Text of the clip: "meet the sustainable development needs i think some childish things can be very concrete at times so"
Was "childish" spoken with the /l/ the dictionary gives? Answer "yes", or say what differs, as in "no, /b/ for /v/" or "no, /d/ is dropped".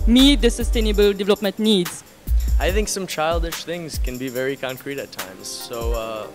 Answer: yes